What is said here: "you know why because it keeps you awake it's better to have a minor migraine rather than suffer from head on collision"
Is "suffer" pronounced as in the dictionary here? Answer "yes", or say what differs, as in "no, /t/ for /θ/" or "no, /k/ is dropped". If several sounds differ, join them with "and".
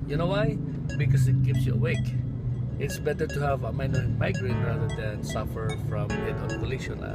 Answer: yes